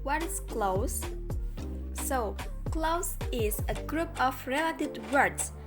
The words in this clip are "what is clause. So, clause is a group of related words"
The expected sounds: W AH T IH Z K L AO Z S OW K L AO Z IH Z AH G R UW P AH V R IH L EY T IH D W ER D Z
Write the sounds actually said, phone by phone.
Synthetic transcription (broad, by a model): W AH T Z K L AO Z S OW K L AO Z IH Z AH G R UW P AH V R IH L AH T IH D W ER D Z